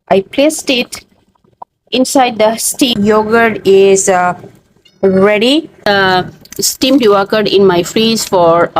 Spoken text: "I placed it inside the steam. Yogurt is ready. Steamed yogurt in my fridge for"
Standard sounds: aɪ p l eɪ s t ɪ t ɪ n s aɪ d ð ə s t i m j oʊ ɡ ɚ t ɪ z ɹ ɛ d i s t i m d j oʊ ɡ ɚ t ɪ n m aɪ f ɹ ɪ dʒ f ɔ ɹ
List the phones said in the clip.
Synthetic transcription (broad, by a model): aɪ p l eɪ s t ɪ t ɪ n s aɪ d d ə s t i j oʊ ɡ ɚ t ɪ z ɹ ɛ d i s t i m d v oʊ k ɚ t ɪ n m aɪ f ɹ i z f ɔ ɹ